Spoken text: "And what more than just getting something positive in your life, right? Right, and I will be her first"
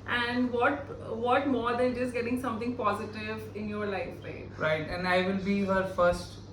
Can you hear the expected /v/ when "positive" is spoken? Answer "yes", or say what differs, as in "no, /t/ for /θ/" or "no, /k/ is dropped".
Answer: yes